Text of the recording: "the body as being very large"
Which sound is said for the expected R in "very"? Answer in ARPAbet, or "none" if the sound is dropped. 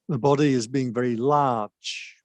R